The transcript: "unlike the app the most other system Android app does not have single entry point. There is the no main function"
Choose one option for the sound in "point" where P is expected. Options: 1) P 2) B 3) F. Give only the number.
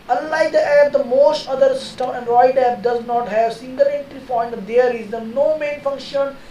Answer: 3